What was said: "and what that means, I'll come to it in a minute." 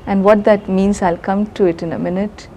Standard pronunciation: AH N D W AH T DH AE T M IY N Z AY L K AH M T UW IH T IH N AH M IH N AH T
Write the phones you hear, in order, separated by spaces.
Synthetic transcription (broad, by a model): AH N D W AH T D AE T M IY N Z AY L K AH M T UW IH T IH N AH M IH N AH T